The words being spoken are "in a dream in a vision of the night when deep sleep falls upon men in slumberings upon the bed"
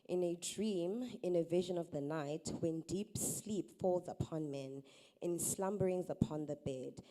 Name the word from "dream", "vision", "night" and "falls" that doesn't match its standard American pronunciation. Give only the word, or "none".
none